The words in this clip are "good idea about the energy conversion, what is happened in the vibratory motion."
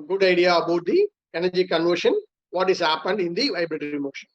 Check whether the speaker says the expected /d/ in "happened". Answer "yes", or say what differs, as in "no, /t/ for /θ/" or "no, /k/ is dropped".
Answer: yes